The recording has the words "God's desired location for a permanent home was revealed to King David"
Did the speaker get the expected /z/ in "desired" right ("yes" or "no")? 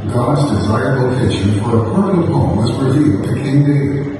yes